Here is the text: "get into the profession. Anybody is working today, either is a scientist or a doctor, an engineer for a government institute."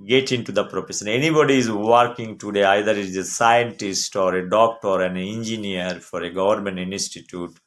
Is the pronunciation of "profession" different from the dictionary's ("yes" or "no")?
yes